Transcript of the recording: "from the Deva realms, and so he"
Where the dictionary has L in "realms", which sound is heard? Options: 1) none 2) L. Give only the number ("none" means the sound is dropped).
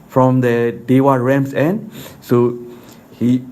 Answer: 1